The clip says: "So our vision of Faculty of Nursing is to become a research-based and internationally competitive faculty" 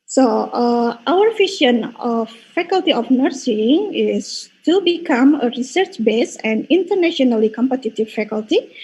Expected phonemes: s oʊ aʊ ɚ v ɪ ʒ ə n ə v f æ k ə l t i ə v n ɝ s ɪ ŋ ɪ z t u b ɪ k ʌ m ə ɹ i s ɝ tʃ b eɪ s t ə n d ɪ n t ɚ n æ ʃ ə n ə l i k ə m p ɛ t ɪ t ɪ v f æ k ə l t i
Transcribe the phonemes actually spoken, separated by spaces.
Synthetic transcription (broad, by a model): s oʊ aʊ ɚ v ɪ ʃ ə n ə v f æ k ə l t i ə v n ɝ s ɪ ŋ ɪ s t u b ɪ k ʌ m ə ɹ i s ɝ tʃ b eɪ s ə n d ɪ n t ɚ n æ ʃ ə n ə l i k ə m p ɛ t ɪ t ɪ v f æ k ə l t i